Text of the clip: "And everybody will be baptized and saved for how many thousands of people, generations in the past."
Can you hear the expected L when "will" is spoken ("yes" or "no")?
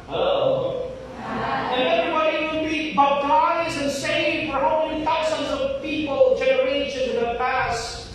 no